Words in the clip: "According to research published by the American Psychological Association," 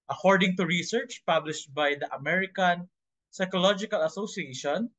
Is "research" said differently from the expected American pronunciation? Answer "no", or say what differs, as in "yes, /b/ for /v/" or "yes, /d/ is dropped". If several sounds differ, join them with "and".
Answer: no